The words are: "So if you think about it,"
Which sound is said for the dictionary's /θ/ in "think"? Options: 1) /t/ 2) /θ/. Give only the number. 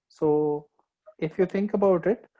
1